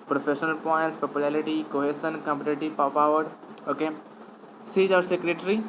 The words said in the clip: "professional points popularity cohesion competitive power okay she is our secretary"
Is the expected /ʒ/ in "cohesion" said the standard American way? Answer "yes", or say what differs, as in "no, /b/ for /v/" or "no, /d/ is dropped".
no, /s/ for /ʒ/